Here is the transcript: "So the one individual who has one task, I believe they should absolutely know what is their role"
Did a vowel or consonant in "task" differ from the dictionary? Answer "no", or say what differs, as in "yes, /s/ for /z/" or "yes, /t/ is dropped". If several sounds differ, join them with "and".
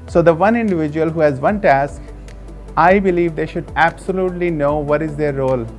no